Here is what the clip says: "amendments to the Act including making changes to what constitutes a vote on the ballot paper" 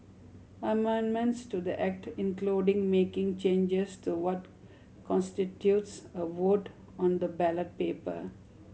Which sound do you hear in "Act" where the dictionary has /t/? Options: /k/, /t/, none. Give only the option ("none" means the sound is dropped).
/t/